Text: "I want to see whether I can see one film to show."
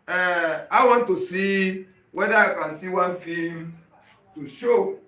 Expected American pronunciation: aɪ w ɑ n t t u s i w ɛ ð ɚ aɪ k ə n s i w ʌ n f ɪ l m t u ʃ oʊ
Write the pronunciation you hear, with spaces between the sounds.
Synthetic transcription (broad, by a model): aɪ w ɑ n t t u s i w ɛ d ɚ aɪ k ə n s i w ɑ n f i m t u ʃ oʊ